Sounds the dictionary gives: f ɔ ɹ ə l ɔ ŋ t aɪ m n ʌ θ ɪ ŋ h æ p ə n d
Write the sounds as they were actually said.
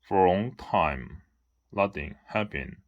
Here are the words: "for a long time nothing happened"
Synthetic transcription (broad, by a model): f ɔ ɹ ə l ɔ ŋ t aɪ m l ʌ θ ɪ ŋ h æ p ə n